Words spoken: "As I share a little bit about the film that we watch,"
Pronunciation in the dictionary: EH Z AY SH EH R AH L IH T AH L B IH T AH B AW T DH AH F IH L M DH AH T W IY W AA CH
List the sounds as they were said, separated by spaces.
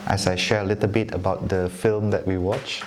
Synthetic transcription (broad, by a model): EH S AY SH EH R AH L IH T AH L B IH T AH B AW T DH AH F IH L M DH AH T W IY W AA CH